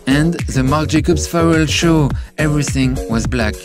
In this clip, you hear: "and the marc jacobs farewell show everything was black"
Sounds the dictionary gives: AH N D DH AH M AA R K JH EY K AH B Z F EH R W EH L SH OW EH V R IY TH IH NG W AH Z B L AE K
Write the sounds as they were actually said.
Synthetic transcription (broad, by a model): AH N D DH AH M AA R K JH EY K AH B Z F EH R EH L SH OW EH V R IY TH IH NG W AH Z B L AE K